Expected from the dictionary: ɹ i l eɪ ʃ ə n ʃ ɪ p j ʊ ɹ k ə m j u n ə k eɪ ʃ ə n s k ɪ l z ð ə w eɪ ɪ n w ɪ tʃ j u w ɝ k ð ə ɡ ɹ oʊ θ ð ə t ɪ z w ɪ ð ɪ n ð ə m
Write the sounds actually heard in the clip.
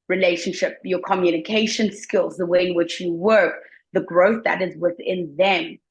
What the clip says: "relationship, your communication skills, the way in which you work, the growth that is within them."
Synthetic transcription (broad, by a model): ɹ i l eɪ ʃ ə n ʃ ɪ p j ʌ ɹ k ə m j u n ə k eɪ ʃ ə n s k ɪ l z ð ə w eɪ ɪ n w ɪ tʃ j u w ɝ k ð ə ɡ ɹ oʊ θ ð ə t ɪ z w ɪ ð ɪ n ð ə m